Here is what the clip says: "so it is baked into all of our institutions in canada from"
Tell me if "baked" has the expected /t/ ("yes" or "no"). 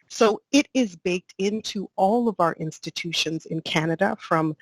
yes